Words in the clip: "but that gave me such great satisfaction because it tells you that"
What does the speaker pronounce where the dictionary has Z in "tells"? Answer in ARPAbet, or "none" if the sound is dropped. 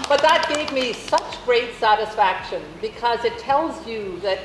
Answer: Z